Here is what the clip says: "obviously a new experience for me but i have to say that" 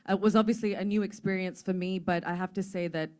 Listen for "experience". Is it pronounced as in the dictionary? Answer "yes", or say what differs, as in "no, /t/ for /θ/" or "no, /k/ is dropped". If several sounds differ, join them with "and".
yes